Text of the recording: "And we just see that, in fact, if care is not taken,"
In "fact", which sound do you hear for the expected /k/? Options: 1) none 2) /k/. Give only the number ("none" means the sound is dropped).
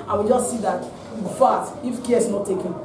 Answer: 1